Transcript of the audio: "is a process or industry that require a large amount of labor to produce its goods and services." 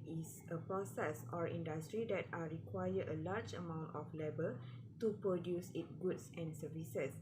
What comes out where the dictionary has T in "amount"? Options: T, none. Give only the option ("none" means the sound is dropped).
T